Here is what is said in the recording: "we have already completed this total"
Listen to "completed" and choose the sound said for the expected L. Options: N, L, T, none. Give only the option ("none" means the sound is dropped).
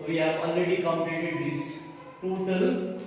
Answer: N